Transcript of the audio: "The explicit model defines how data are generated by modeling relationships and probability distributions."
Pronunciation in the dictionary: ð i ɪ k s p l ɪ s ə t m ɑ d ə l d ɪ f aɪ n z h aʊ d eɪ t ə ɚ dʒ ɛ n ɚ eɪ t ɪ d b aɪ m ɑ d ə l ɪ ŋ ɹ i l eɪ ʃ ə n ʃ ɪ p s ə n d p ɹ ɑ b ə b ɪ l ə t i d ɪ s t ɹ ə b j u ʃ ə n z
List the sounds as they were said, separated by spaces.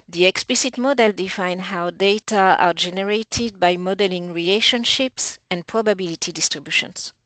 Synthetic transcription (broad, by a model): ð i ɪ k s p l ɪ s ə t m ɑ d ə l d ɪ f aɪ n h aʊ d eɪ t ə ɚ dʒ ɛ n ɚ eɪ t ɪ d b aɪ m ɑ d ə l ɪ ŋ ɹ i l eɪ ʃ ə n ʃ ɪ p s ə n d p ɹ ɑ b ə b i l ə t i d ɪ s t ɹ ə b j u ʃ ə n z